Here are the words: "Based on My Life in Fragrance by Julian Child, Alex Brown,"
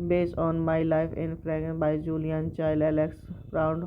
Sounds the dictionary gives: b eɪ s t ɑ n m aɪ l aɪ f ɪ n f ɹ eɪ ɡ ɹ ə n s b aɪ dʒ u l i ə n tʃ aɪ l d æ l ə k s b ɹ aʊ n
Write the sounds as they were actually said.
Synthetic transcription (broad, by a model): b eɪ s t ɑ n m aɪ l aɪ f ɪ n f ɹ ɹ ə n b aɪ dʒ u l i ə n tʃ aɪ l ɛ l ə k s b ɹ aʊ n